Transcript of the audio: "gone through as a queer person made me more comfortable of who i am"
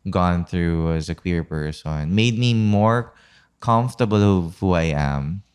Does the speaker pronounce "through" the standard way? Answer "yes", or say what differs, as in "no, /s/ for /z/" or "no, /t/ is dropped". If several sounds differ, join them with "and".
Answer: yes